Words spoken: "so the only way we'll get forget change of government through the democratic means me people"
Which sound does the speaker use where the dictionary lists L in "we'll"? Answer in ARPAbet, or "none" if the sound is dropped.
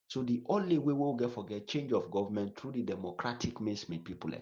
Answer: W